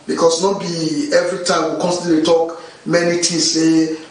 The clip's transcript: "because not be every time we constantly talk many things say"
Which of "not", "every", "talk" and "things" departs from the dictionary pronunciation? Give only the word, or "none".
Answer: things